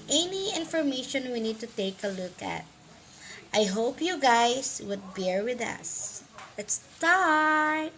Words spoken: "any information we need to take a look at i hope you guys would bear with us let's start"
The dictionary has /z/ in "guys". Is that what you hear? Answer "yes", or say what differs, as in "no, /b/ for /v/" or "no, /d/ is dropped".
no, /s/ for /z/